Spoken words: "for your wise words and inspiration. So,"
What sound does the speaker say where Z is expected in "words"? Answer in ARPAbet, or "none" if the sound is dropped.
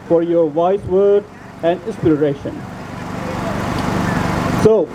none